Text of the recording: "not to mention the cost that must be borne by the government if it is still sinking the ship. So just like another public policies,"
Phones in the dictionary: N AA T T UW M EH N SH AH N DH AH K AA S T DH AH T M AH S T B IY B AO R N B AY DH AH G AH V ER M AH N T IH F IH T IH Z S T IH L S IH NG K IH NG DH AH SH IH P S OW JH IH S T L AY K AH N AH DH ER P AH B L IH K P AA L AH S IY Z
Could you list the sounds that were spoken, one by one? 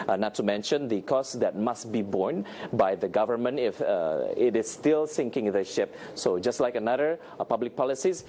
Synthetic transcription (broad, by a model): N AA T T UW M EH N SH AH N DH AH K AA S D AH T M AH S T B IY B AO R N B AY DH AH G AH V ER M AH N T IH F IH T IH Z S T IH L S IH NG K IH NG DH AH SH IH P S OW JH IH S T L AY K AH N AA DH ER P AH B L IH K P AA L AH S IY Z